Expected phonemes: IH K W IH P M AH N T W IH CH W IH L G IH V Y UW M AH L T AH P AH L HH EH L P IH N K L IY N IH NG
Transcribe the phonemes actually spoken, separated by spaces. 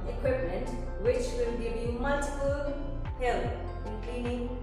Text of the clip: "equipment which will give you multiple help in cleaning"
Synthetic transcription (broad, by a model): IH K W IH P M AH N T W IH CH W IH L G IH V Y UW M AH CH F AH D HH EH L IH N K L IY N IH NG